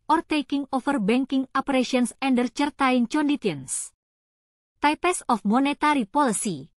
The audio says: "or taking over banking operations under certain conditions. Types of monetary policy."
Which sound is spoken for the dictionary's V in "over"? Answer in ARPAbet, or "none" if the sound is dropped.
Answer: F